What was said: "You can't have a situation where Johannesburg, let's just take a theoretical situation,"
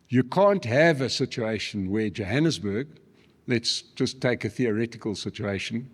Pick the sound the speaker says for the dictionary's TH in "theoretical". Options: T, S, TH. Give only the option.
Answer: TH